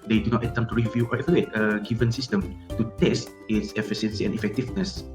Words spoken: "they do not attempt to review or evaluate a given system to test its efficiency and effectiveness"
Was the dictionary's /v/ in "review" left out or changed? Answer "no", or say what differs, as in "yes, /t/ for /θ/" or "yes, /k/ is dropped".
no